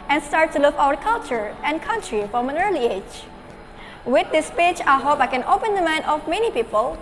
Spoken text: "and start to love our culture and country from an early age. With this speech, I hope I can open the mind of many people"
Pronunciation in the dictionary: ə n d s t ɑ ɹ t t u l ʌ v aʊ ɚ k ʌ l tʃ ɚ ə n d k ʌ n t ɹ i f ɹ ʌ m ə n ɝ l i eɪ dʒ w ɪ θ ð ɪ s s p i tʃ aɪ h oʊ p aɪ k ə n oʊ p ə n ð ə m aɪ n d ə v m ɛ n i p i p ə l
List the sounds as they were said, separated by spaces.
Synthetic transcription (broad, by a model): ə n s t ɑ ɹ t t u l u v aʊ ɚ k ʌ l tʃ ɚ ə n k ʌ n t ɹ i f ɹ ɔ m ə n ɝ l i eɪ dʒ w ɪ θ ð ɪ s s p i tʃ aɪ h oʊ p aɪ k ə n oʊ p ə n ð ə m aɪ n ə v m ɛ n i p i p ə l